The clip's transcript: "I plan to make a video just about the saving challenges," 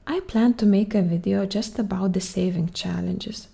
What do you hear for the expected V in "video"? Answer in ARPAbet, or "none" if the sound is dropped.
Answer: V